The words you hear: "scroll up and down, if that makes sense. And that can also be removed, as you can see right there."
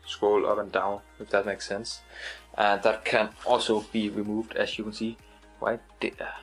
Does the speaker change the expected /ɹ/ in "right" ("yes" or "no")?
yes